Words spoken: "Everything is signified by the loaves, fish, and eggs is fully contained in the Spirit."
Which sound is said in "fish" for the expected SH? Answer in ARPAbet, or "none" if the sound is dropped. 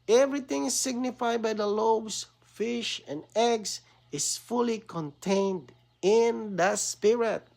SH